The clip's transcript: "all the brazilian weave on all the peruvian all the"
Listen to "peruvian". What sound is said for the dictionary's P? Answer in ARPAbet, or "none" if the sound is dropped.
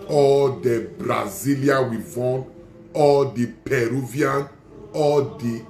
P